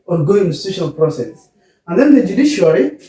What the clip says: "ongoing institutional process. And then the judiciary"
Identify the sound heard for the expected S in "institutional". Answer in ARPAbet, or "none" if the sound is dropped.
none